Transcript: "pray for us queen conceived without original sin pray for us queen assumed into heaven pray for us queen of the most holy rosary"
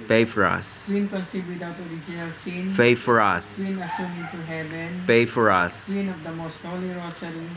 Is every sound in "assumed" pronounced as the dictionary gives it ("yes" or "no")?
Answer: no